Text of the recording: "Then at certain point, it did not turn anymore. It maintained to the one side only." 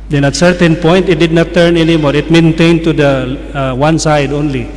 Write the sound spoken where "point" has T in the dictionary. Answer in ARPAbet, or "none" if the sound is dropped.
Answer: T